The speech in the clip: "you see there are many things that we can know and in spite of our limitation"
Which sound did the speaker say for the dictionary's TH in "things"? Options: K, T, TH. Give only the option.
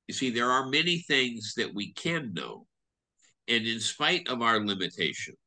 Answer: TH